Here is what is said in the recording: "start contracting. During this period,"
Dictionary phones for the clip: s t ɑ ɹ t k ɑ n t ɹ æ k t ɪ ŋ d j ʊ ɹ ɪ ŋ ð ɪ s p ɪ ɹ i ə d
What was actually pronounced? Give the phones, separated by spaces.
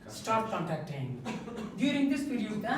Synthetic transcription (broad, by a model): s t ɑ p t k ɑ n t æ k t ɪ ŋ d j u ɹ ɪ ŋ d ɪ s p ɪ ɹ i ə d